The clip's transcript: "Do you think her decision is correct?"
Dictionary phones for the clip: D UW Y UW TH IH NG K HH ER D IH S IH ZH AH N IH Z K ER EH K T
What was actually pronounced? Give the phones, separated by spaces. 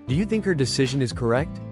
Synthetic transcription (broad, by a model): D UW Y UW TH IH NG K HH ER D IH S IH ZH AH N IH Z K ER EH K T